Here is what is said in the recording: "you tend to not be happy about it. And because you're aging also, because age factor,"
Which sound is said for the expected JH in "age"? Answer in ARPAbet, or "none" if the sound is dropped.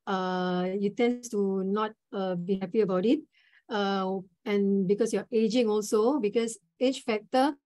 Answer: CH